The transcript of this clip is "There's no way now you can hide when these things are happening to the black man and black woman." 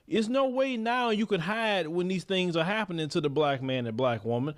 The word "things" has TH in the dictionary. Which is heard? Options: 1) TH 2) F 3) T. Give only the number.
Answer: 1